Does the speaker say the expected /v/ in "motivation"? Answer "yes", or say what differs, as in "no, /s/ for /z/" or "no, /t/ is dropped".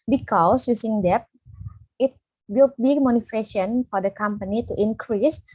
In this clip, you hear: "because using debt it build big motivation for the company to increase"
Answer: no, /f/ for /v/